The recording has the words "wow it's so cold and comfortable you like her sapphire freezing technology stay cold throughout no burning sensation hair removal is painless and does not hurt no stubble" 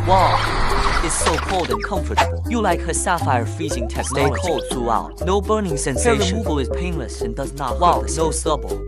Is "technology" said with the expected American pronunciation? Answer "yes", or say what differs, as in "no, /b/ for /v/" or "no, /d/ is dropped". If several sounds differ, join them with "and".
no, /dʒ/ is dropped